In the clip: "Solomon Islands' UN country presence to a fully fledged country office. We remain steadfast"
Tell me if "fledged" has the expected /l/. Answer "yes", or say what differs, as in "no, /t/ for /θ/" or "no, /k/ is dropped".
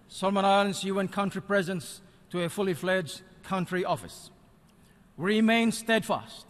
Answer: yes